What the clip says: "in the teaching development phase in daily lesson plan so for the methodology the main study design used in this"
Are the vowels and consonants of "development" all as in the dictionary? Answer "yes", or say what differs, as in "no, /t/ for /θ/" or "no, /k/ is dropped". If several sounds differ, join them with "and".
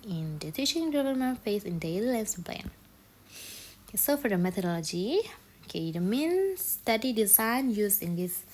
no, /p/ is dropped